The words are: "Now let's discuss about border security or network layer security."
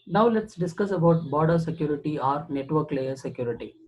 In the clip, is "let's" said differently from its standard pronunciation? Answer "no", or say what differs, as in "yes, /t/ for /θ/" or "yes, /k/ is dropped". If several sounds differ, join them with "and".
no